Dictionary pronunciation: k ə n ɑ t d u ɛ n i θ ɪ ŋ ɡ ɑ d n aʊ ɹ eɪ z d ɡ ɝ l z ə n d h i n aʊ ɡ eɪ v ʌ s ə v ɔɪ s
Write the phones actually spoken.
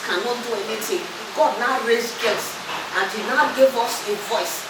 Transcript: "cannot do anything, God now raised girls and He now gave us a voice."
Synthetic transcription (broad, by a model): k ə n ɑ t d u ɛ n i t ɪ ɡ ɑ d n aʊ ɹ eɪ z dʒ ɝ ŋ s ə n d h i n aʊ ɡ eɪ v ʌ s ə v ɔɪ s